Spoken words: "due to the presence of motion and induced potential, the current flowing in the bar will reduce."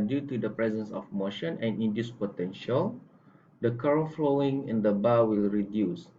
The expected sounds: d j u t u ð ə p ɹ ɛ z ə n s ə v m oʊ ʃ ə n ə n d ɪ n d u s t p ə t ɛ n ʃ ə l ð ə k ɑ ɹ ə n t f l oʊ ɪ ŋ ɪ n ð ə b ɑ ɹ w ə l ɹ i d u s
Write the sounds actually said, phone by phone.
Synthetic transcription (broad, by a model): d j u t u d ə p ɹ ɛ z ə n s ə f m oʊ ʃ ə n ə n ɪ n d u s p ə t ɛ n ʃ ə l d ə k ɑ ɹ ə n f l oʊ ɪ ŋ ɪ n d ə b ɑ w ə l ɹ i d u s